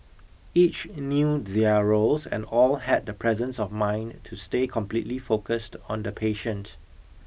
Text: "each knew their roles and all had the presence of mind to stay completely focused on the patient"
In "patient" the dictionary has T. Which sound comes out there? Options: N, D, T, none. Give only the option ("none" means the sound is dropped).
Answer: T